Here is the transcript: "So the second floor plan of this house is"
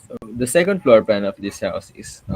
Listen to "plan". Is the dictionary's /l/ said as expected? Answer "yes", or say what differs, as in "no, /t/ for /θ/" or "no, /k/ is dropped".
no, /l/ is dropped